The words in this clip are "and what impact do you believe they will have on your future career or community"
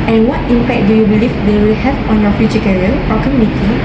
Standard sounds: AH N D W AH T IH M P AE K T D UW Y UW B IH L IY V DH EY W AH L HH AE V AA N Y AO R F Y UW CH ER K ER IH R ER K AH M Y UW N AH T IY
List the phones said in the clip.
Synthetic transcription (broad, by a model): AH N W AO T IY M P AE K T D UW Y UW B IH L IY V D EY W AH L HH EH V AA N Y AO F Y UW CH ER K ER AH L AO K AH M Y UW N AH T IY